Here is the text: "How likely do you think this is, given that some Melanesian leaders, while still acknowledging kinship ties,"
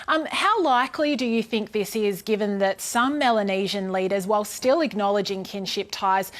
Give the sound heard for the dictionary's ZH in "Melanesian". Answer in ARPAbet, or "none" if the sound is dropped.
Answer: ZH